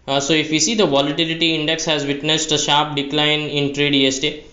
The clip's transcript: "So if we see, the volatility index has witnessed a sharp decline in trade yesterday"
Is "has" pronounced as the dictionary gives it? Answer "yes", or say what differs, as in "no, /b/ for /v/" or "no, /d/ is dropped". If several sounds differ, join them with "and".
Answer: yes